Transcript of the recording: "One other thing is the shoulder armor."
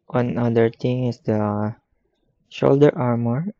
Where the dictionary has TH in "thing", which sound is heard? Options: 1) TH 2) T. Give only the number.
2